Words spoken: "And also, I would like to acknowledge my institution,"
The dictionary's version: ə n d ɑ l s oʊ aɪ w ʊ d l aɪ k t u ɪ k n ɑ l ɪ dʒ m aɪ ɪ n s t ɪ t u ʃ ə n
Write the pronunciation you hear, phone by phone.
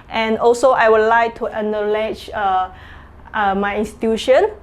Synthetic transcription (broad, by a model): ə n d ɑ l s oʊ aɪ w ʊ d l aɪ k t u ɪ n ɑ l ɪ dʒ m aɪ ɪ n s t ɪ t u ʃ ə n